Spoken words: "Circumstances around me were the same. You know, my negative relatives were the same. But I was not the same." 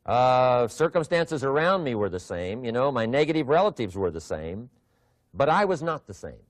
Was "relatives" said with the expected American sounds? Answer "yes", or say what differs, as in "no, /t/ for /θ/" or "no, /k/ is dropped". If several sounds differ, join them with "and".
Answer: yes